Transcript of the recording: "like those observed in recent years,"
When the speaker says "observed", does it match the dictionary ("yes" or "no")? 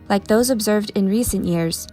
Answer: yes